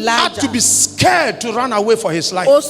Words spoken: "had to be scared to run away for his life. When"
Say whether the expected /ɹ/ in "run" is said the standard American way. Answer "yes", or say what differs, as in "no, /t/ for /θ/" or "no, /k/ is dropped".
yes